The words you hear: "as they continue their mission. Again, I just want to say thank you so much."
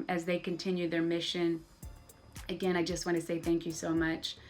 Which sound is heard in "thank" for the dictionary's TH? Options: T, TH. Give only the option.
TH